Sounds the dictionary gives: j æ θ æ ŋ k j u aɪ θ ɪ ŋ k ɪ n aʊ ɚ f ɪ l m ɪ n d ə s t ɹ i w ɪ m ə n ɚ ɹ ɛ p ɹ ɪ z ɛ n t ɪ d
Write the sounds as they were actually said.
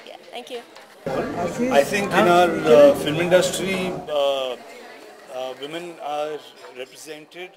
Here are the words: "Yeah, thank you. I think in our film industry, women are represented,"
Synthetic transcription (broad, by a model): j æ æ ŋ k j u aɪ t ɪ ŋ k ɪ n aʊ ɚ f ɪ l m ɪ n d ə s t ɹ i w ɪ m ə n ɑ ɹ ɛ p ɹ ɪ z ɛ n t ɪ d